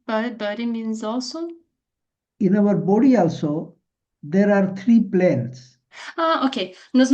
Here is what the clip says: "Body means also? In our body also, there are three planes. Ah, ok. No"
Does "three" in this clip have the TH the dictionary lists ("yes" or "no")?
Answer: no